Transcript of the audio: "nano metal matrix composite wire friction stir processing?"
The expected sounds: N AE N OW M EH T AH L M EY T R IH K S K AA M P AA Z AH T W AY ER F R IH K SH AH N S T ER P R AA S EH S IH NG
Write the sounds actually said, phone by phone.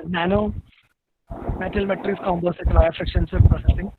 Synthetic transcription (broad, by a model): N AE N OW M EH T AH L M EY T R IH S K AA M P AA S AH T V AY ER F R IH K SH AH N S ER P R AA S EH S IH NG